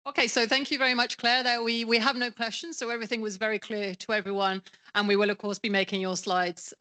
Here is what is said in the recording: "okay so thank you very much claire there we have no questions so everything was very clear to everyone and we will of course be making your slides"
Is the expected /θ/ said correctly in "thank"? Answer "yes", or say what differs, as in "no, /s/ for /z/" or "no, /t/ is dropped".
yes